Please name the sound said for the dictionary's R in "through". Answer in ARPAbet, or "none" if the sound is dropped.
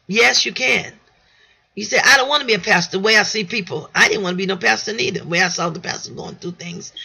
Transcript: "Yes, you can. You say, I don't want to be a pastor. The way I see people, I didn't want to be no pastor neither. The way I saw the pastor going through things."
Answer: none